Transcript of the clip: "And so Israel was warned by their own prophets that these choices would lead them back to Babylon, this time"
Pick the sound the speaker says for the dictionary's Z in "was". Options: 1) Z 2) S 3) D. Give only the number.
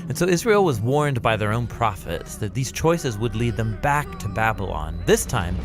1